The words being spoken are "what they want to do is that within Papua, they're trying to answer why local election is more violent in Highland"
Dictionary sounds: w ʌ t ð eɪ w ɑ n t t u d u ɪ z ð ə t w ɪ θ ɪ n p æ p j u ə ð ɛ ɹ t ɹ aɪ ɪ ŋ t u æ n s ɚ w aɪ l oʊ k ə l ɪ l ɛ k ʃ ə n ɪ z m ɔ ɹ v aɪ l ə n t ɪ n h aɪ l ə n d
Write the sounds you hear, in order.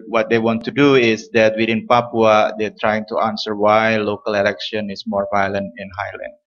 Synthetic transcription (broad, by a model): w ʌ t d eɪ w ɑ n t t u d u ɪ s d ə t w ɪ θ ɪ n p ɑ p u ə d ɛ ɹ t ɹ aɪ ɪ ŋ t u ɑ n s ɚ w aɪ l oʊ k ə l ɪ l ɛ k ʃ ə n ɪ s m ɔ ɹ v aɪ l ə n t ɪ n h aɪ l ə n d